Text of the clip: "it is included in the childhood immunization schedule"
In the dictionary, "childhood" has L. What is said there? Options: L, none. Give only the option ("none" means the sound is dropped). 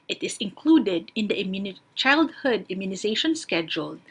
L